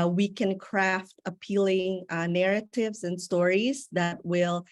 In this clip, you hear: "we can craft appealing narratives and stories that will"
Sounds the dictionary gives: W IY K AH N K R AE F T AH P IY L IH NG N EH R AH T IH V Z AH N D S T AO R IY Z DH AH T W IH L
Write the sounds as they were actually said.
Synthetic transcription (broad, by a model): W IY K AH N K R AE F T AH P IY L IH NG N EH R AH T IH V Z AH N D S T AO R IY Z DH AH T W IH L